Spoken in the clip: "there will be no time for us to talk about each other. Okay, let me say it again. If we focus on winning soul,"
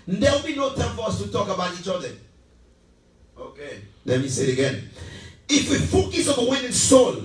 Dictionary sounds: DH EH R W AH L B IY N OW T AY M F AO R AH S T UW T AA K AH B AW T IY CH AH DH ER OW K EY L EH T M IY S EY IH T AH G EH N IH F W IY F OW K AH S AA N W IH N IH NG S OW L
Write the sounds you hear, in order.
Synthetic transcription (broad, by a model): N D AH W B IY N OW T AY M F AO R AH S T UW T AA K AH B AW T IY CH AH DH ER OW K EY L EH T M IY S EY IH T AH G EH N IH F W IY F OW K AH S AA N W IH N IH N S OW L